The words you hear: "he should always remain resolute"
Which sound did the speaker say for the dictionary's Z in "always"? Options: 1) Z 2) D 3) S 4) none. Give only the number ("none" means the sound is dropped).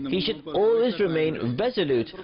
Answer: 1